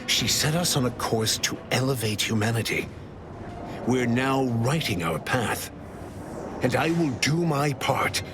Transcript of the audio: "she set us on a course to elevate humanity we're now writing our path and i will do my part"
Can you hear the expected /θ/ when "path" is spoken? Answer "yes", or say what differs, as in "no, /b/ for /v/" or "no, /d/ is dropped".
yes